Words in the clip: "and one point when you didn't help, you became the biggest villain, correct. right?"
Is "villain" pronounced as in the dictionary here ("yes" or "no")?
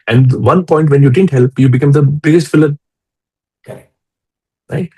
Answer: no